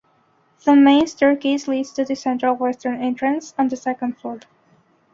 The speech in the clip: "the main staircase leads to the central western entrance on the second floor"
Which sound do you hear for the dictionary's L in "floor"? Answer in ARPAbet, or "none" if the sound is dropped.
none